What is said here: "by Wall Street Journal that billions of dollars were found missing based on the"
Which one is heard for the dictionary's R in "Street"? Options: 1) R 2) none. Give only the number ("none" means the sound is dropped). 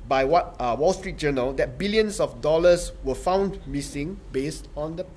1